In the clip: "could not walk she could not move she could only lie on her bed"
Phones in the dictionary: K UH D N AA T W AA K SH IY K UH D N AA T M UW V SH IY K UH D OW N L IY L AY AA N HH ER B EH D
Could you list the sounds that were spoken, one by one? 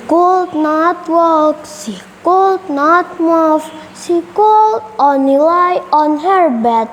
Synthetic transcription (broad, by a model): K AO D N AA T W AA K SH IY K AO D N AA T M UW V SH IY K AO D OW N IY L AY AA N HH ER B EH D